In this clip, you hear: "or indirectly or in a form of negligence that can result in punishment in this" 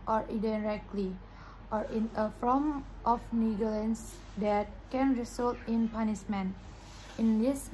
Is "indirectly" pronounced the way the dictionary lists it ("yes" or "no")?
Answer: no